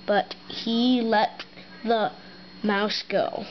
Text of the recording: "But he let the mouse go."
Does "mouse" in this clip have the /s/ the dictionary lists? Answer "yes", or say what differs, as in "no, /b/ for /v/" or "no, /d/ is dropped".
yes